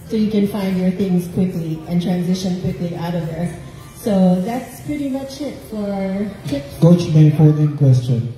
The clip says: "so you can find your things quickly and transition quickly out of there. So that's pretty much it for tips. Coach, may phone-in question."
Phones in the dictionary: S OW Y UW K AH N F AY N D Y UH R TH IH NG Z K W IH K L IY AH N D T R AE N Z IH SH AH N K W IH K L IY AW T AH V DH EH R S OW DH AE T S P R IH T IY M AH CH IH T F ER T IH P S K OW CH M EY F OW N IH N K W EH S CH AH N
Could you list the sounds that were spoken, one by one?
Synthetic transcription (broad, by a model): S OW Y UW K AH N F AY N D Y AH R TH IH NG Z K W IH K L IY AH N T R AE N Z IH SH AH N K W IH K L IY AW T AH V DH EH R S OW DH AE T S P R IH T IY M AH CH IH T F ER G OW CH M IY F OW L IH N K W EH S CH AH N